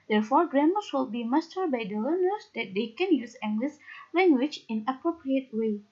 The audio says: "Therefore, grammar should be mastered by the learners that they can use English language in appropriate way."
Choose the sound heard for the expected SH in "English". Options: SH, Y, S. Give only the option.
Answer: S